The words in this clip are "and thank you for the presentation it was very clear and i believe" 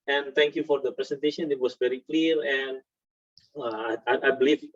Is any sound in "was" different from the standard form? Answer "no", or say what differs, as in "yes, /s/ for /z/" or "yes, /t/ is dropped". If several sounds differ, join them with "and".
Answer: yes, /s/ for /z/